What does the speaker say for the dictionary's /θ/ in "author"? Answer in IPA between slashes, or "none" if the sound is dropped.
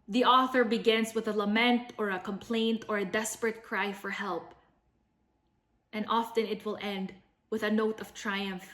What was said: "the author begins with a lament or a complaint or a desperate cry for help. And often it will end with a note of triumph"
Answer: /θ/